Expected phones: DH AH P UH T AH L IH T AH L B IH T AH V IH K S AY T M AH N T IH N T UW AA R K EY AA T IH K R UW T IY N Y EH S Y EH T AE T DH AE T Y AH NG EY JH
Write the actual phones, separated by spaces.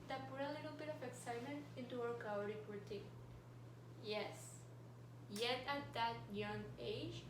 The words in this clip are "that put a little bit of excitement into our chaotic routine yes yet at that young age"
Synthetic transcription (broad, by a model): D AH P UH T AH L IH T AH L B IH T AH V IH K S AY T M AH N T IH N T UW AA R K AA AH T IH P R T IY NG Y EH S Y EH T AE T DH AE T Y AH NG EY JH